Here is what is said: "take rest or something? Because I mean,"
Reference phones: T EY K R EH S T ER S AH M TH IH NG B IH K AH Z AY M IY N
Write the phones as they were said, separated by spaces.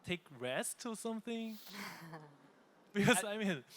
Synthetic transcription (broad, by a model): T EY K R EH S T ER S AH M TH IH NG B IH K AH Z AY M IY N